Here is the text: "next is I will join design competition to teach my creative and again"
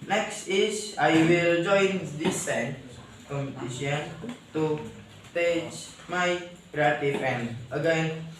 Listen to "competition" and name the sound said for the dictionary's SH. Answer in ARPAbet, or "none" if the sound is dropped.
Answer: none